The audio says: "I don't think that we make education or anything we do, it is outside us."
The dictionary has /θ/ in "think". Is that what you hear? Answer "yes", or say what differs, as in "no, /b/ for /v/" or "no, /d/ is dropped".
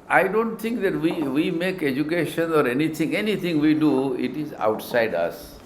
no, /t/ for /θ/